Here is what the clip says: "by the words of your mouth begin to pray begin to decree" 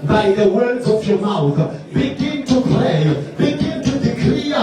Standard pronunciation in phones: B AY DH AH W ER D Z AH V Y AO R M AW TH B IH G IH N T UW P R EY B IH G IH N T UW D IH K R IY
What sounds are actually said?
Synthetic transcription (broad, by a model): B AY DH AH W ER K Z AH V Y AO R M AW TH B IH G IH N T UW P L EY B IH G IH N T UW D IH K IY